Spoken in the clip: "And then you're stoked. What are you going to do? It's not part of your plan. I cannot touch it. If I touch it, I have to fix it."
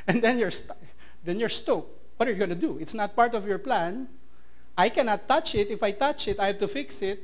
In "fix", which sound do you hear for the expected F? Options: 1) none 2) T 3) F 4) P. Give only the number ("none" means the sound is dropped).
3